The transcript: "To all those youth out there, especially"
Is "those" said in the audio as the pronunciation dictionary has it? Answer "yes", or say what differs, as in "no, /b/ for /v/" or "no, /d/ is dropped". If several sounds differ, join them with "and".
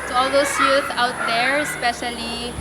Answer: no, /s/ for /z/